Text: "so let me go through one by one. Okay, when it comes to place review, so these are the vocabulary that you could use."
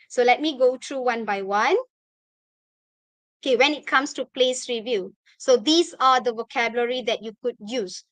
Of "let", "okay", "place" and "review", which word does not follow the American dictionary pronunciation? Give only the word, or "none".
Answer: none